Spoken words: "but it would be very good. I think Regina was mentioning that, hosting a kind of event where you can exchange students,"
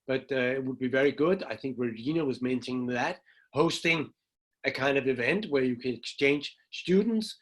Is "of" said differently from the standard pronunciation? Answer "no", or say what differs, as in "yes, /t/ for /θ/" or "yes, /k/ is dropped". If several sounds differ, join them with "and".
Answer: no